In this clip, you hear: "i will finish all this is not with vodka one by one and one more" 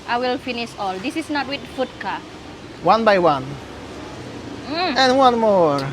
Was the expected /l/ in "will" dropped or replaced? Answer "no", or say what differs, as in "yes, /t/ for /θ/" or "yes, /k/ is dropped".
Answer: no